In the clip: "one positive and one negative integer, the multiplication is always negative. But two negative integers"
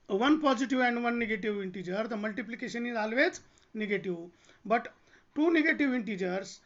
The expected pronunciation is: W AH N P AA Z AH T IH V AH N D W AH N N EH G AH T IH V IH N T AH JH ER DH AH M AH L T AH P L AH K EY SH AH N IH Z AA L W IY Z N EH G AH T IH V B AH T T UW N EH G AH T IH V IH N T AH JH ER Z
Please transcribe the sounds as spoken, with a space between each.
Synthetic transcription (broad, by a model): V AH N P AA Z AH T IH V AH N D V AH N N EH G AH T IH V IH N T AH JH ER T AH M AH L T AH P L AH K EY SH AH N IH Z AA L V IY S N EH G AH T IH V B AH T T UW N EH G AH T IH V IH N T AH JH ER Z